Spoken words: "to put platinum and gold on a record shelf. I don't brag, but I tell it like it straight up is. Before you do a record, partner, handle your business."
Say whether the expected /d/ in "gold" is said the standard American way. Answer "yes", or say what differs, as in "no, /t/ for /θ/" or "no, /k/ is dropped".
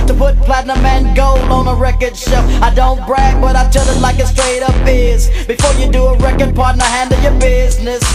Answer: no, /d/ is dropped